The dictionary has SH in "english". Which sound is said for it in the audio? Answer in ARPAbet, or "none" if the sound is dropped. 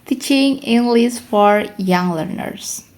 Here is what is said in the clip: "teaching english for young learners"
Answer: S